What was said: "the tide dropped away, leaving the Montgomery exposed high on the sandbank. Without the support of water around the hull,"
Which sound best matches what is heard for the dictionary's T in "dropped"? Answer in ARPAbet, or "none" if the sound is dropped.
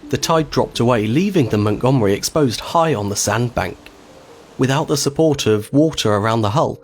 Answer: T